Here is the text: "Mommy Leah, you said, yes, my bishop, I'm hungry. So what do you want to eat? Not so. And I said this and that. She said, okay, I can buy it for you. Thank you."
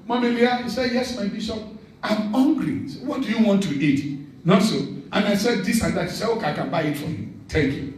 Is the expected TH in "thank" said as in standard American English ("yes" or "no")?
no